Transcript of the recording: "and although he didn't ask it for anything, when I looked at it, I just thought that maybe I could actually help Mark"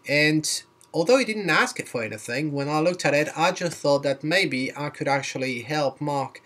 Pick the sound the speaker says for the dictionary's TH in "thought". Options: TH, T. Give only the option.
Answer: TH